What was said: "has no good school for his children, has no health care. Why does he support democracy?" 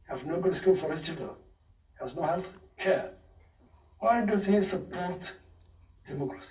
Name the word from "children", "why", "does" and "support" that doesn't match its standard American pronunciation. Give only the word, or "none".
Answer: children